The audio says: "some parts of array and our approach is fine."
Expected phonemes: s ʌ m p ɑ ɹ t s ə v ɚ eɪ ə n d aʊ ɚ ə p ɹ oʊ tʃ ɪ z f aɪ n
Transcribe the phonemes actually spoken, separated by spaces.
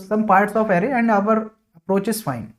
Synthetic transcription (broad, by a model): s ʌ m p ɑ ɹ t s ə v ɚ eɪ ə n d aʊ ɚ ə p ɹ oʊ tʃ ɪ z f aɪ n